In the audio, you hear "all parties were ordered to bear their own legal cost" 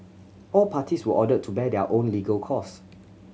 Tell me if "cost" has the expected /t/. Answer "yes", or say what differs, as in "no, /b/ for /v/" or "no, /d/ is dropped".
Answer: no, /t/ is dropped